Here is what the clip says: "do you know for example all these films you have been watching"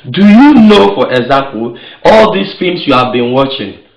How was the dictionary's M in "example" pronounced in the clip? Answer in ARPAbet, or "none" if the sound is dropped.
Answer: none